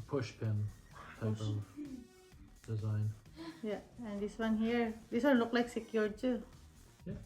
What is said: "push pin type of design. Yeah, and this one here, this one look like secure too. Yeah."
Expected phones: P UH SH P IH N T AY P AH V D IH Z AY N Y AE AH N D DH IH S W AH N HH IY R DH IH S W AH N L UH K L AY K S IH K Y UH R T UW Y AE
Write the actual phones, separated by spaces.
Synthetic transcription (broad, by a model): P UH SH P IH N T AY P AH V D IH Z AY N Y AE AH N D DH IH S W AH N HH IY R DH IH S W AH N L UH K L AY K S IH K Y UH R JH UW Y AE